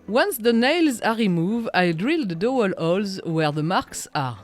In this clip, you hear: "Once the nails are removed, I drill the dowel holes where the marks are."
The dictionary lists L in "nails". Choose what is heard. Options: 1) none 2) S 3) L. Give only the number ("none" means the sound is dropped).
3